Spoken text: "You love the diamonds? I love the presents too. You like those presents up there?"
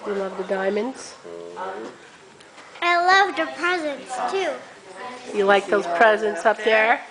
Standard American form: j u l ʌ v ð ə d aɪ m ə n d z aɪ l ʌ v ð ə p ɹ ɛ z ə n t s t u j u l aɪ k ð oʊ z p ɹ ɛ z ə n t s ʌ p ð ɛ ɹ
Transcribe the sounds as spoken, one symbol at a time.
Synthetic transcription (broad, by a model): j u l ʌ v ð ə d aɪ m ə n d z aɪ l ʌ v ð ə p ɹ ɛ z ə n s t u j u l aɪ k ð oʊ z p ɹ ɛ z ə n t s ʌ p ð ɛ ɹ